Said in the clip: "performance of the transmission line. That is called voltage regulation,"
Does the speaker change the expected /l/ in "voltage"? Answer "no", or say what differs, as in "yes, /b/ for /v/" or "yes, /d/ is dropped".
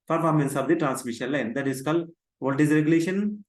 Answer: yes, /l/ is dropped